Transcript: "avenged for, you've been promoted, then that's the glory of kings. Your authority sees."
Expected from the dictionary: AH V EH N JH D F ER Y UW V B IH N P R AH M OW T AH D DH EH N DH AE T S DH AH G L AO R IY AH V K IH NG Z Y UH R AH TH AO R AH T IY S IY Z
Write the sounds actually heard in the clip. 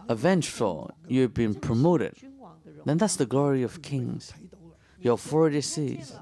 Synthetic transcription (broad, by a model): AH V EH N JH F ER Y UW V B IH N P R AH M OW T AH D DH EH N DH AE T S DH AH G L AO R IY AH V K IH NG Z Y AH F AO R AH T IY S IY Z